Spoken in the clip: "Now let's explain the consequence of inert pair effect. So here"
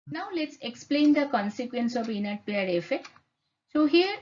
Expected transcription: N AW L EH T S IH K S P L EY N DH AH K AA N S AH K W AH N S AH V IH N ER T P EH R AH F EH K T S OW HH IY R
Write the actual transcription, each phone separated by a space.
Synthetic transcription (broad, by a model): N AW L EH T S IH K S P L EY N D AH K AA N S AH K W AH N S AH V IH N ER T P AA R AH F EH S OW HH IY R